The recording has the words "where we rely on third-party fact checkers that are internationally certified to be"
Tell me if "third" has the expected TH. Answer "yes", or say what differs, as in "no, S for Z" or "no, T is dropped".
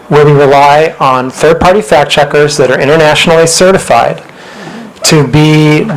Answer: yes